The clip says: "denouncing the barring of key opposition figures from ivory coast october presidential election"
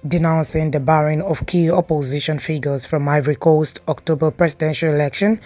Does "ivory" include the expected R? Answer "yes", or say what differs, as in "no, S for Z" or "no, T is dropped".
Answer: yes